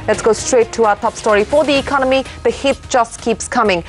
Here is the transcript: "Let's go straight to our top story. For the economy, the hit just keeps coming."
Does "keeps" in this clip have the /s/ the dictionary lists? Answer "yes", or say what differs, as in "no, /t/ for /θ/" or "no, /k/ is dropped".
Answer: yes